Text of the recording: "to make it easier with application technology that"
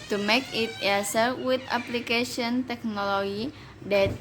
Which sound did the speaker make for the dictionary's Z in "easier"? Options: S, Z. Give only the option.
S